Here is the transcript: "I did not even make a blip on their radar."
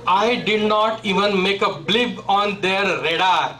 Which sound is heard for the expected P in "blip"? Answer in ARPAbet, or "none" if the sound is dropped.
B